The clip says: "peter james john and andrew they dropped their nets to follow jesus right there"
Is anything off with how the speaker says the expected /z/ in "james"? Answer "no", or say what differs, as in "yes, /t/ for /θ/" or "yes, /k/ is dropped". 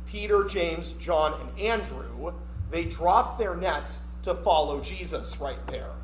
no